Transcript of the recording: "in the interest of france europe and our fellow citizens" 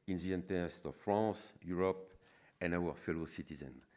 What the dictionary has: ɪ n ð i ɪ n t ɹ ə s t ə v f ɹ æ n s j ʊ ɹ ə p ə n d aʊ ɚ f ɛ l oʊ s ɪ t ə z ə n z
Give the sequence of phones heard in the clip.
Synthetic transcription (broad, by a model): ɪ n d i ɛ n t ə s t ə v f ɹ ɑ s j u ɹ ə p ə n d aʊ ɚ f ɛ l oʊ s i t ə z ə n